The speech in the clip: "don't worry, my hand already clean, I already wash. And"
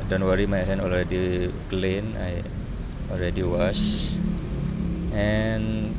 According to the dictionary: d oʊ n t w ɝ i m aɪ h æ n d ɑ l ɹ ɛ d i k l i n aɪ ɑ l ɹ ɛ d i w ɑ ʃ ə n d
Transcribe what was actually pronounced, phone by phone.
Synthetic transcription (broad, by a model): d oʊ n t w ɝ i m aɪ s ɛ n ɑ l ɹ ɛ d i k l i n aɪ ɑ l ɹ ɛ d i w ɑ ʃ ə n